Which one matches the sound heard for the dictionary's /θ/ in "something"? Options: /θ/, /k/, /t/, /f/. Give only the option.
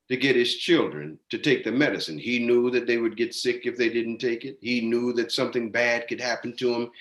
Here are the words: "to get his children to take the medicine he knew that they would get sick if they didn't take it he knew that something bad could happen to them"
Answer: /θ/